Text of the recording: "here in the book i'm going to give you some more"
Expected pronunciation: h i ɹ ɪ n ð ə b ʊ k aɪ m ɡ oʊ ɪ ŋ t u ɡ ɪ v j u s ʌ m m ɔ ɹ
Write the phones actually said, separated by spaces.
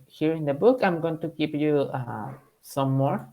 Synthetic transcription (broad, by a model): h i ɹ ɪ n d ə b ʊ k aɪ m ɡ oʊ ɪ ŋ t u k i p j u s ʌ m m ɔ ɹ